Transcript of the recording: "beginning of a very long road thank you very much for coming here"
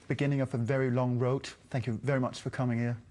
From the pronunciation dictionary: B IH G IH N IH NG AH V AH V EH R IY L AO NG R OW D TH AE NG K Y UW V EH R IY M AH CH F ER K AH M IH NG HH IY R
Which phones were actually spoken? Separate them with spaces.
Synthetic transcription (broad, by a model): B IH G IH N IH NG AH V AH V EH R IY L AO NG R OW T TH AE NG K Y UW V EH R IY M AH CH F ER K AH M IH NG HH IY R